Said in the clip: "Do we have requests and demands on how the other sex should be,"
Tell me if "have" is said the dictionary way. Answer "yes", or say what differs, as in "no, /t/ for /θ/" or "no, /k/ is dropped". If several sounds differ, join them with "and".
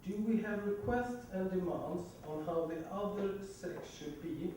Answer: yes